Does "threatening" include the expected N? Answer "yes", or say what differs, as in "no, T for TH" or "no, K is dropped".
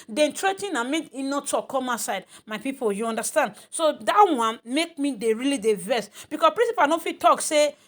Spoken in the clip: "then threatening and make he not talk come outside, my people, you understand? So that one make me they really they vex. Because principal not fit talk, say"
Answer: no, N is dropped